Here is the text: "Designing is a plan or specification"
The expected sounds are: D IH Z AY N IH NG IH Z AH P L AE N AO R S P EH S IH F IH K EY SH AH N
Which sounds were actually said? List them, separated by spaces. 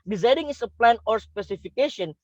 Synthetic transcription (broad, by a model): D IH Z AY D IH NG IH S AH P L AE N AO R S P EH S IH F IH K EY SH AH N